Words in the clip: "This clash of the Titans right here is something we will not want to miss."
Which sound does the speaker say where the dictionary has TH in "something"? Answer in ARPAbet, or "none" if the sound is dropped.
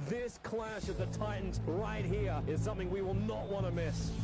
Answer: TH